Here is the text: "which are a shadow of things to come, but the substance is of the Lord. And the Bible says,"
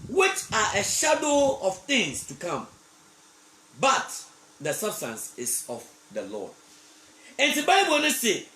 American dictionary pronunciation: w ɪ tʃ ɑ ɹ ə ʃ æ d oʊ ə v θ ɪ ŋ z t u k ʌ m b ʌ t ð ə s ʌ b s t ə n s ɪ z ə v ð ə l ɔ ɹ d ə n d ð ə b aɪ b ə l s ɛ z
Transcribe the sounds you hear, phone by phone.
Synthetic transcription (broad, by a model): w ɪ tʃ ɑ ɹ ə ʃ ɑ d oʊ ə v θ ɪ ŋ s t u k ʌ m b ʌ t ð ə s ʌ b s t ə n s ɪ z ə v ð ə l ɔ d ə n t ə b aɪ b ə n s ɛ